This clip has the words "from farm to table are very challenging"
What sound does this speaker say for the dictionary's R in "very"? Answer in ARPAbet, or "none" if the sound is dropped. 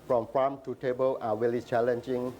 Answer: L